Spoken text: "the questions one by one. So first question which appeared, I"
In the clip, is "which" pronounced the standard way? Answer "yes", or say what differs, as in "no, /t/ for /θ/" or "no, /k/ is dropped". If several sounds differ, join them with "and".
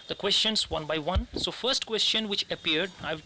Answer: yes